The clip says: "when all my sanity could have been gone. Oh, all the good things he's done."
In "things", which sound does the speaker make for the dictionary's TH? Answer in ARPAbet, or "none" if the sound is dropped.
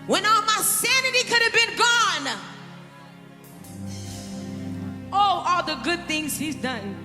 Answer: TH